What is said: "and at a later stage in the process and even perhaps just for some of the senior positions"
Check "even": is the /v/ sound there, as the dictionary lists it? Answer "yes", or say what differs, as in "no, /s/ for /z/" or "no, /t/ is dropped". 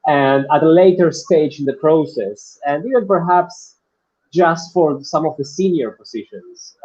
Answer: no, /v/ is dropped